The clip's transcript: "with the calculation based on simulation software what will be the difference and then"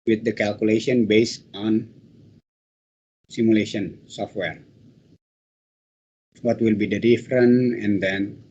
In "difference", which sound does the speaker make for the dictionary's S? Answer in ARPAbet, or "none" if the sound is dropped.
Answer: none